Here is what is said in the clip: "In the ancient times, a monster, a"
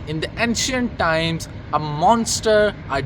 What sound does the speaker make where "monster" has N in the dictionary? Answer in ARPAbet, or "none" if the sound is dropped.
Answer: N